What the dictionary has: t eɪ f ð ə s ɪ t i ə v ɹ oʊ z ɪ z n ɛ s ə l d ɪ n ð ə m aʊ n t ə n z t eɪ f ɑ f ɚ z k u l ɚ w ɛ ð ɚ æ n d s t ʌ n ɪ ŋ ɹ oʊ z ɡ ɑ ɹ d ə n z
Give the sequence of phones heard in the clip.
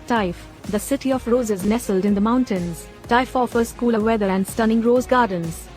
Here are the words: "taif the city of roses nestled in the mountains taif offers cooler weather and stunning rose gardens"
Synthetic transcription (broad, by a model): t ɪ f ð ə s ɪ t i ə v ɹ oʊ z ɪ z n ɛ s ə l d ɪ n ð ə m aʊ n t ə n z t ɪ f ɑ f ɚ s k u l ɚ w ɛ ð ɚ æ n d s t ʌ n ɪ ŋ ɹ oʊ z ɡ ɑ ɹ d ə n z